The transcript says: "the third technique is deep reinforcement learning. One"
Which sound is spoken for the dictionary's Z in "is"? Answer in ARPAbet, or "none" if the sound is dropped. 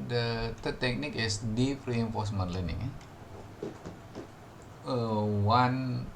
S